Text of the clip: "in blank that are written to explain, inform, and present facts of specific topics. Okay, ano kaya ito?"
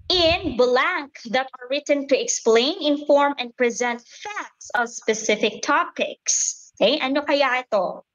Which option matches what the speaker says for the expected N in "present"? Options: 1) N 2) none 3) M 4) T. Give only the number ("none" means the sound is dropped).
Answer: 1